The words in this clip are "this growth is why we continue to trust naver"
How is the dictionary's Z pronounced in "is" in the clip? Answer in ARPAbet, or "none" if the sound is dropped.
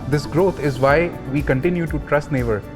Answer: Z